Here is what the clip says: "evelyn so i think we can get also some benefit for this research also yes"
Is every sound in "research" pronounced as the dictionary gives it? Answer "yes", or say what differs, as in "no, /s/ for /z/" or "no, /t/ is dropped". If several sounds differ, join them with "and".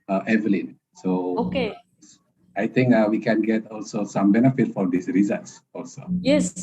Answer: no, /s/ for /tʃ/